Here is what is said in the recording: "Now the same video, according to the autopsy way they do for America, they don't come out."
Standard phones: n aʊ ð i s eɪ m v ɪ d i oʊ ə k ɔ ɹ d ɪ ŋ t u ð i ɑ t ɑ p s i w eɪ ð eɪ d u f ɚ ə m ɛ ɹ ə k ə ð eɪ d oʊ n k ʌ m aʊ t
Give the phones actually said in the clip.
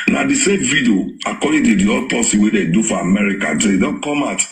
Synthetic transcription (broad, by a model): n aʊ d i s eɪ m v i d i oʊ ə k ɔ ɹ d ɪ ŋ t u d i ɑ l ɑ s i w eɪ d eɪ d u f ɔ ə m ɛ ɹ ə k ə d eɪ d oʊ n k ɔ m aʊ t